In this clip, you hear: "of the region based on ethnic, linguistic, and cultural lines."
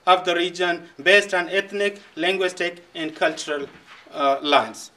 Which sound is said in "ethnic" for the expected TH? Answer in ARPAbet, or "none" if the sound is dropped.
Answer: T